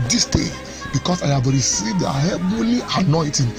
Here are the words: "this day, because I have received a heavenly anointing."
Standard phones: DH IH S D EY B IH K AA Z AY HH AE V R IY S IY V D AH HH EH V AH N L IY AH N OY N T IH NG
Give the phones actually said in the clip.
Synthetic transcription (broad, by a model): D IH S D EY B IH K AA S AY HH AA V R IY S IY V D AH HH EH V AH L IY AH N OY T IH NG